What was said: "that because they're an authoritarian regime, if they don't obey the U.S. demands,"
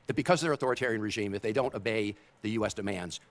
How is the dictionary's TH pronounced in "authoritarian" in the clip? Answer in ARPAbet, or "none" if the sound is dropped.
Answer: TH